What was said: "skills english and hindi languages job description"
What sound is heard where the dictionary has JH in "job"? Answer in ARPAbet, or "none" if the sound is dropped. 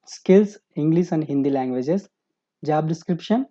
JH